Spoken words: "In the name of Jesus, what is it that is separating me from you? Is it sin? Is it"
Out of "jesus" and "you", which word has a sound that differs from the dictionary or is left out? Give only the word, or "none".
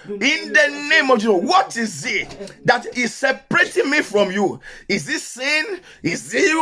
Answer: jesus